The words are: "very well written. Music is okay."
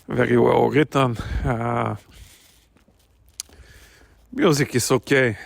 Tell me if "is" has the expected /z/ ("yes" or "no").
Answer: no